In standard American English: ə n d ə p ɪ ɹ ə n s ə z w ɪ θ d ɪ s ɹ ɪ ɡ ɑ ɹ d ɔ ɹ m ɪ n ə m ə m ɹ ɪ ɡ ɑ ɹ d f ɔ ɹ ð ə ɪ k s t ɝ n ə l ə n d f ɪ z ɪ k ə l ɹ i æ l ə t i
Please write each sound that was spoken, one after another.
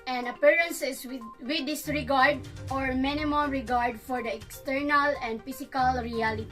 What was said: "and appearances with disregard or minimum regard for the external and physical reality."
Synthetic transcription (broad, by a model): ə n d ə p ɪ ɹ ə n s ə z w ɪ d ɪ s ɹ ɪ ɡ ɑ ɹ d ɔ ɹ m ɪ n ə m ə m ɹ ɪ ɡ ɑ ɹ d f ɔ ɹ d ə ɪ k s t ɝ n ə l ə n d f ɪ s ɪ k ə l ɹ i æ l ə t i